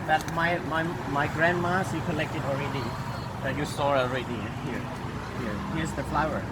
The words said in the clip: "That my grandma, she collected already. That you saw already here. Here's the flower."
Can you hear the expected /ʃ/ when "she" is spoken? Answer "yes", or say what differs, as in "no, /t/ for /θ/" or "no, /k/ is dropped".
no, /s/ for /ʃ/